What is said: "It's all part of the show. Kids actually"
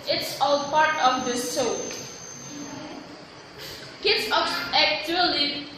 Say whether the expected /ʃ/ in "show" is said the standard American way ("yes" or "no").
no